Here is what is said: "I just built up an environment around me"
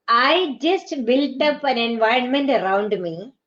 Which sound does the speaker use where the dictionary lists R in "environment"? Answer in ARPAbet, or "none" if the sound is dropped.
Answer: R